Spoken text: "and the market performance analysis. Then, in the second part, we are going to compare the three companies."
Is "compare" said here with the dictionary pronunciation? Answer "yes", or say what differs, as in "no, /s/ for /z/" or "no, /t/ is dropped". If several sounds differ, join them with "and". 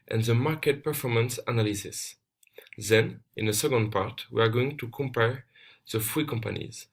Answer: yes